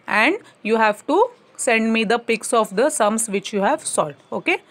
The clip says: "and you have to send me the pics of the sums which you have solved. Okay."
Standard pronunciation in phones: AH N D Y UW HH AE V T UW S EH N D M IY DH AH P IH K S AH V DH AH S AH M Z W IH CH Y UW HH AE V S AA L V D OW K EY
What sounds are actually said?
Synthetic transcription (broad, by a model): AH N D Y UW HH AE V T UW S EH N D M IY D AH P IH K S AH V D AH S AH M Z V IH CH Y UW HH AE V S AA L D OW K EY